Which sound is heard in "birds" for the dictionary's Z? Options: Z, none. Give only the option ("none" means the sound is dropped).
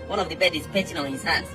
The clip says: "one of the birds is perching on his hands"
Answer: none